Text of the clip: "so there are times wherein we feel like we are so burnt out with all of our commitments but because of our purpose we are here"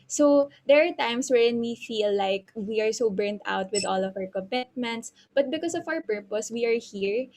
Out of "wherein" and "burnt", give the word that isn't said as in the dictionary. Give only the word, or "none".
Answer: none